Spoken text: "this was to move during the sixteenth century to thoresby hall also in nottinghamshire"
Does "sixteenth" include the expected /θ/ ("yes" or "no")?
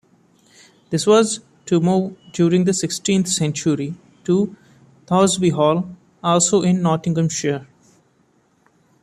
no